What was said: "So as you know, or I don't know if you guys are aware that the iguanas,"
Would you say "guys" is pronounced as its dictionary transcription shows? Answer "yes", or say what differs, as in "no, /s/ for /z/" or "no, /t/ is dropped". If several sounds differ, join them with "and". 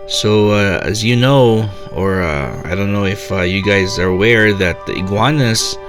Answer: yes